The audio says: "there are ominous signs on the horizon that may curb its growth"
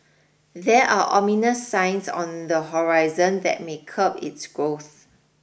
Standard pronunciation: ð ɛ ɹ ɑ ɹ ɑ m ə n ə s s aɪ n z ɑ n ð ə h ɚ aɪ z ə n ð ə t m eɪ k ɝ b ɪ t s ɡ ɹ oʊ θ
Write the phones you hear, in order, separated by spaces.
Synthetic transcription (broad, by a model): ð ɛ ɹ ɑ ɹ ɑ m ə n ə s s aɪ n s ɑ n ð ə h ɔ aɪ z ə n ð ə t m eɪ k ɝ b ɪ t s ɡ ɹ oʊ θ